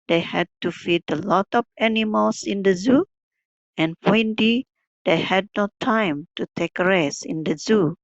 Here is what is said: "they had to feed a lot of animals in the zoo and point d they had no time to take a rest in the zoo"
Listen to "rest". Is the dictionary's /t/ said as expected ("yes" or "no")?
no